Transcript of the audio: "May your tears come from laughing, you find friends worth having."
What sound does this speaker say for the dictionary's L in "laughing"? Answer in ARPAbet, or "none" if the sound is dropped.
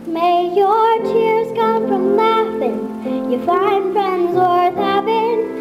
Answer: N